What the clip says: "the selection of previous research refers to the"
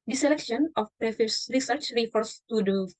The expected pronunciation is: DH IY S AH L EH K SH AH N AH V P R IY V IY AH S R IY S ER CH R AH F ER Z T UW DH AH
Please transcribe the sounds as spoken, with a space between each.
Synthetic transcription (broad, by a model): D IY S AH L EH K SH AH N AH F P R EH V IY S R IY S ER CH R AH F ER S T UW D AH